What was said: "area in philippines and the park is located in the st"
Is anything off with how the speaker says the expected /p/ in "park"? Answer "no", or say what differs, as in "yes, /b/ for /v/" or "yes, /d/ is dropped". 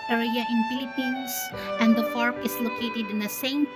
yes, /f/ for /p/